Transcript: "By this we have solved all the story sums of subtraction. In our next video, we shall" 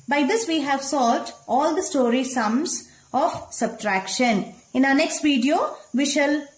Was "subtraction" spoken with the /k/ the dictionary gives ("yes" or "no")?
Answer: yes